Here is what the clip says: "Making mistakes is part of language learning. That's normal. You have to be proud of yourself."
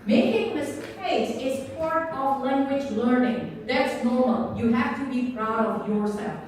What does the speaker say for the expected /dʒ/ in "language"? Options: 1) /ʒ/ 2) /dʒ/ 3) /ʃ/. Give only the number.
2